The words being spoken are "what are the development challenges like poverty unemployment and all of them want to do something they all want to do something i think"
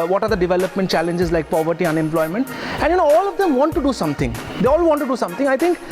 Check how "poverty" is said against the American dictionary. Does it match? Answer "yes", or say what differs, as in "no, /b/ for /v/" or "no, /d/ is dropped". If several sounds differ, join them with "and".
yes